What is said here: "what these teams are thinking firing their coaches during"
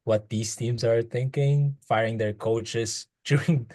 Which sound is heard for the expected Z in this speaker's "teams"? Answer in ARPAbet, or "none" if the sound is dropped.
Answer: S